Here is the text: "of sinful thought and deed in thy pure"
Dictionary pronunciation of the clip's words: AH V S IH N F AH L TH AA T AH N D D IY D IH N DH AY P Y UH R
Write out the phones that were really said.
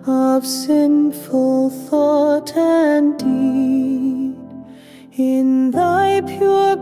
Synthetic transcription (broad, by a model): AH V S IH N F AH L TH AA T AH N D D IY D IH N DH AY P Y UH R